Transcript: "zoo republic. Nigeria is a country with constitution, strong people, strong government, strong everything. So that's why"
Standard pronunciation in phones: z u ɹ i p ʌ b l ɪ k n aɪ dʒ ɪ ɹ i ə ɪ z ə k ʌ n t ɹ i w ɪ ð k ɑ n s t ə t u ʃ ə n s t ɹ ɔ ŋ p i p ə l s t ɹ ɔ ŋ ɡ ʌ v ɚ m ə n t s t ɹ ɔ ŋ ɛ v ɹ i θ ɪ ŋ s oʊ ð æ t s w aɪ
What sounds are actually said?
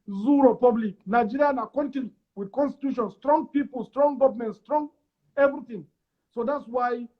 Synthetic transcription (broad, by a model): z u ɹ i p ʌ b l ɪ k n aɪ dʒ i ɹ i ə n ə k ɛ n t i w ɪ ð k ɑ n s t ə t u ʃ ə n s t ɹ ɔ ŋ p i p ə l s t ɹ ɔ ŋ ɡ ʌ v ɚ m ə n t s t ɹ ɔ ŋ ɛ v ɹ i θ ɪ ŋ s oʊ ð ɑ t s w aɪ